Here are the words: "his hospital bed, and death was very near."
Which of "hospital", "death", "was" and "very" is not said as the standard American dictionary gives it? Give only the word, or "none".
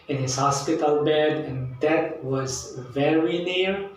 death